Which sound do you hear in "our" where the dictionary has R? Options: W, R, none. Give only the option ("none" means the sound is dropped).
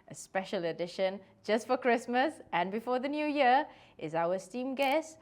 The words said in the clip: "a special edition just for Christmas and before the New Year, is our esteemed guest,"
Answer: W